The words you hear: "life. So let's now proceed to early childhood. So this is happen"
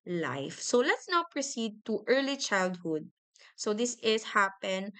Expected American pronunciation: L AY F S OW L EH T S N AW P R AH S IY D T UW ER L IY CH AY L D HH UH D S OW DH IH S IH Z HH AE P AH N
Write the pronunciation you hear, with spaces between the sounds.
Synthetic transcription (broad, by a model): L AY F S OW L EH T S N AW P R AH S IY D T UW ER L IY CH AY L D HH UH D S OW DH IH S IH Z HH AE P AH N